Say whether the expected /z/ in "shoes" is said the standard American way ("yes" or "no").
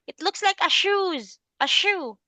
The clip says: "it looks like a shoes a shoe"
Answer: yes